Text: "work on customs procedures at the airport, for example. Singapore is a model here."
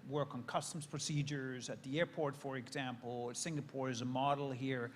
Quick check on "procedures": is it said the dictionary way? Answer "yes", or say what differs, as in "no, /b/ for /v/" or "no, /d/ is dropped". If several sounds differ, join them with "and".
yes